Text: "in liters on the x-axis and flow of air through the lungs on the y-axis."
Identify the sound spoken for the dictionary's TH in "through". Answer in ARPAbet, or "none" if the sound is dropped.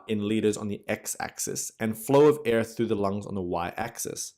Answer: TH